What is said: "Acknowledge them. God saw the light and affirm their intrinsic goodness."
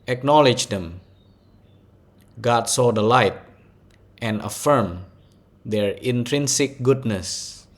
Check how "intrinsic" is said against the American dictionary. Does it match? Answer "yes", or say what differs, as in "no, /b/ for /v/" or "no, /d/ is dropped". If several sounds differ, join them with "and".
yes